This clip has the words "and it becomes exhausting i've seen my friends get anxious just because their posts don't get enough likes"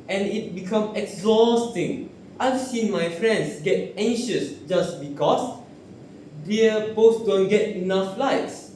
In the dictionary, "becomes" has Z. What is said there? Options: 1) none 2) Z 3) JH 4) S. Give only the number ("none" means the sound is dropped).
1